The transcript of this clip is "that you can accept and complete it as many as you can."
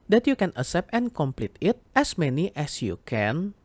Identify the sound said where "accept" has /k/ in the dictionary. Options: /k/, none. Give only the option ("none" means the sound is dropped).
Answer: none